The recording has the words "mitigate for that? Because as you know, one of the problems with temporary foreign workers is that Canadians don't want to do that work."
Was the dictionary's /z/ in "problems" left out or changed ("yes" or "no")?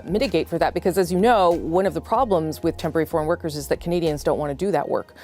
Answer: no